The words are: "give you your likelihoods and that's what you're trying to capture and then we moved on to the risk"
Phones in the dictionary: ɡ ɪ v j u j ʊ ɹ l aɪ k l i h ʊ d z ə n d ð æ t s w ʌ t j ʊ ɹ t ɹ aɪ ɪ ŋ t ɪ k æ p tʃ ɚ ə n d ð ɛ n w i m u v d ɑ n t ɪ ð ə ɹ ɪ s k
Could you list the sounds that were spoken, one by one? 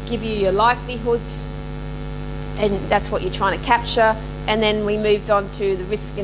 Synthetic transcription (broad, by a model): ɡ ɪ v j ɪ j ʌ ɹ l aɪ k l i h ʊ d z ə n ð æ t s w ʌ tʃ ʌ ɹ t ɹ aɪ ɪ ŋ t ɪ k æ p tʃ ɚ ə n ð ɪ n w i m u v d n t ɪ ð ə ɹ ɪ s k